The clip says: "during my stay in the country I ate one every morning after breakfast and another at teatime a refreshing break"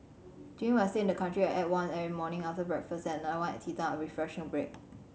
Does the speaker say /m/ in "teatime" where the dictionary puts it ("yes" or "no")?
no